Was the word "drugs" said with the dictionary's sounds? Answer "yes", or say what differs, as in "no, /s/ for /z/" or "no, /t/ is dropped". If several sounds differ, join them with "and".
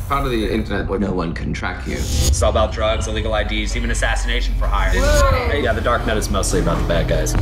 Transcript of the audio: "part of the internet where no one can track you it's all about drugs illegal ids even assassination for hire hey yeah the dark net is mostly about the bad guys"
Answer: yes